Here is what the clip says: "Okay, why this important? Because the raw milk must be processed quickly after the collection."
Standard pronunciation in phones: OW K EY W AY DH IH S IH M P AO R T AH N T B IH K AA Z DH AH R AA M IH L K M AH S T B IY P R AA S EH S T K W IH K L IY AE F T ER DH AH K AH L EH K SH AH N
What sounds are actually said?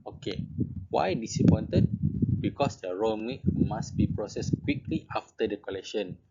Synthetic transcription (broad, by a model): OW K EY W AY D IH S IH P AO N T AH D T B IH K AA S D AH R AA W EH K M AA S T B IY P R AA S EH S K W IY K L IY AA F T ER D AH K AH L EH K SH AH N